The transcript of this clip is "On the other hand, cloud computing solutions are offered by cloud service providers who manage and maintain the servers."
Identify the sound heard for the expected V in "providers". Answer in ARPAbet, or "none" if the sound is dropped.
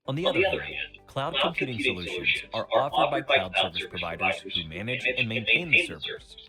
V